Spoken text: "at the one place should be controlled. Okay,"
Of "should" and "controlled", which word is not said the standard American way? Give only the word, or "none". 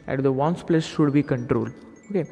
none